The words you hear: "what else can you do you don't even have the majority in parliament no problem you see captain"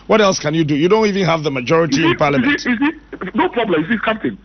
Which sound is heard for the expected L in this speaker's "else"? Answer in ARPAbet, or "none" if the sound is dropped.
L